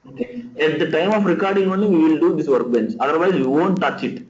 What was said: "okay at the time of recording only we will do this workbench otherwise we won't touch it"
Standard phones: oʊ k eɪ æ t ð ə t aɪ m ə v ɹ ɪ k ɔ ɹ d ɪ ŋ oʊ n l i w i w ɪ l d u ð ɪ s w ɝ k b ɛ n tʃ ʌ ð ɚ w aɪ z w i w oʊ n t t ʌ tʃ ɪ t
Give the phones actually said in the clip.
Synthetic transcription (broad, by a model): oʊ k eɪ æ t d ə t aɪ m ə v ɹ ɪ k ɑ ɹ d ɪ ŋ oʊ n i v i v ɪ l d u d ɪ s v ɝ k b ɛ n s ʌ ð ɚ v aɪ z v i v oʊ n t t ʌ tʃ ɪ t